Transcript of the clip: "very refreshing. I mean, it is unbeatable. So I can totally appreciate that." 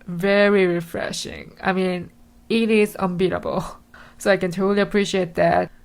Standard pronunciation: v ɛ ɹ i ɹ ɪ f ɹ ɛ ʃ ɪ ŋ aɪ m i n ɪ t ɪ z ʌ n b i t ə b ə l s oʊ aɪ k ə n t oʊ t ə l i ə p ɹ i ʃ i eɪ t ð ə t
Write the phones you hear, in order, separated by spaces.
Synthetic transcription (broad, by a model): v ɛ ɹ i ɹ ɪ f ɹ ɛ ʃ ɪ ŋ aɪ m i n ɪ t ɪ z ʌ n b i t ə b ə l s oʊ aɪ k ə n t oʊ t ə l i ə p ɹ i ʃ i eɪ t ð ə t